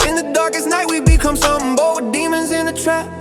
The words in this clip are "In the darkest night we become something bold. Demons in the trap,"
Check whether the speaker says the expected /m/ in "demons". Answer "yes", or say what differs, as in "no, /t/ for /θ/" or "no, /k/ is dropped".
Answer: yes